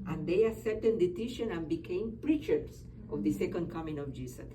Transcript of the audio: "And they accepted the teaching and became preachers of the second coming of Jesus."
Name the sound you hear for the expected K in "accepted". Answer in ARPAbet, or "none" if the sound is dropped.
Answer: none